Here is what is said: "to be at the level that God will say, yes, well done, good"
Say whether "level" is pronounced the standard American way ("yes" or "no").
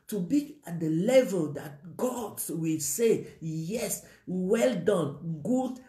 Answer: yes